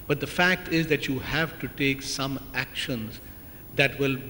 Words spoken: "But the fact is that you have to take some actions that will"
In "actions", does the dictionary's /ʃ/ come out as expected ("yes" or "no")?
yes